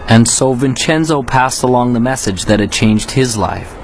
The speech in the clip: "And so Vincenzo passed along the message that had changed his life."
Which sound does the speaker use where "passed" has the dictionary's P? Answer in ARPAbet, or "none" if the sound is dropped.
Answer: P